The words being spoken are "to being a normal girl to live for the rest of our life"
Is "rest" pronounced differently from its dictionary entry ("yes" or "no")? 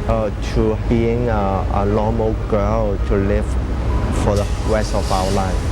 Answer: yes